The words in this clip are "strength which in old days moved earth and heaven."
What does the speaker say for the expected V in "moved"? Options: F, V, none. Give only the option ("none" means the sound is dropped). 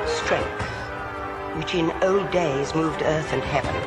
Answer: V